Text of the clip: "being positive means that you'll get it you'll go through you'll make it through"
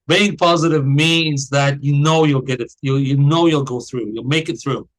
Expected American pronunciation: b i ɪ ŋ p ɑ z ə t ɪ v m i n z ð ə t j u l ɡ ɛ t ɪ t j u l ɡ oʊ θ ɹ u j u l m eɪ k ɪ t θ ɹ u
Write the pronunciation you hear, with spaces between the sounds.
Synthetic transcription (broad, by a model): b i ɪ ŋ p ɑ z ə t ɪ v m i n z ð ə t j u l ɡ ɛ t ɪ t j u l ɡ oʊ θ ɹ u j u l m eɪ k ɪ t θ ɹ u